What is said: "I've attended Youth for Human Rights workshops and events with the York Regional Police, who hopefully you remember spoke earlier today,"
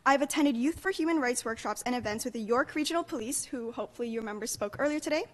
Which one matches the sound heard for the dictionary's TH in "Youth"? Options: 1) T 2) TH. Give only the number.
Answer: 2